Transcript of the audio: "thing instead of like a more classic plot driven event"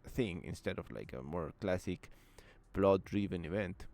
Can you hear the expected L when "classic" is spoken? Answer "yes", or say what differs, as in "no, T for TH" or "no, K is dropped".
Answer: yes